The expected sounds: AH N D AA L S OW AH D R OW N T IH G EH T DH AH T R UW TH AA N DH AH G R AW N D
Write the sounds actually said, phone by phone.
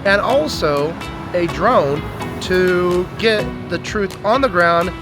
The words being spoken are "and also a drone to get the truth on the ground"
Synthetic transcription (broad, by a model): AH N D AA L S OW AH D R OW N T IH G EH T DH AH T R UW TH N DH AH G R AW N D